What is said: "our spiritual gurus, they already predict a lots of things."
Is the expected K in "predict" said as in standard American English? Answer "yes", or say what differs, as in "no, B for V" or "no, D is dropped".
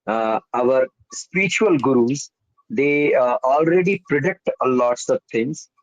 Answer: yes